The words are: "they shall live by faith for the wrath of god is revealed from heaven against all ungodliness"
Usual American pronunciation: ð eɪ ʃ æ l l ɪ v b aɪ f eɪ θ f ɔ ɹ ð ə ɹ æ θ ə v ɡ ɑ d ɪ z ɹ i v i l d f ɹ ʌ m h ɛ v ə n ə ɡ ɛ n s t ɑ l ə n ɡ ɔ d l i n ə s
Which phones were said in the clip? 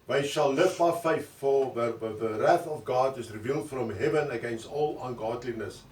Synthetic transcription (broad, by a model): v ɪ ʃ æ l l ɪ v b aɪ f eɪ θ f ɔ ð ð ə ɹ æ θ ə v ɡ ɑ d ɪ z ɹ i v i l d f ɹ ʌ m h ɛ v ə n ə ɡ ɛ n s t ɑ l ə n ɡ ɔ d l i n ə s